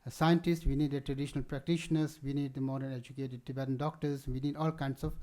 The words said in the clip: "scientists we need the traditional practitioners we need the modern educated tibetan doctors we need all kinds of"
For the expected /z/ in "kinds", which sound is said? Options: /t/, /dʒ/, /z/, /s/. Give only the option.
/s/